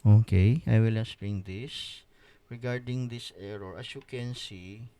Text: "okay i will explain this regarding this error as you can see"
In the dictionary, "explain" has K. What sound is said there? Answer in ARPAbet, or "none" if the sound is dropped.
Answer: none